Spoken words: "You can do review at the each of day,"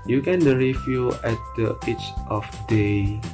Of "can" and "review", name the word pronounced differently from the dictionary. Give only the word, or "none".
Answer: review